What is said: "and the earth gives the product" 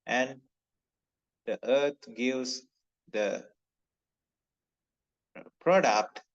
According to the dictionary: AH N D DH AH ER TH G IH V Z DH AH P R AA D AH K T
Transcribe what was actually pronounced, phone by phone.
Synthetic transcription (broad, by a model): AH N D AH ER T G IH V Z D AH P R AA D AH K T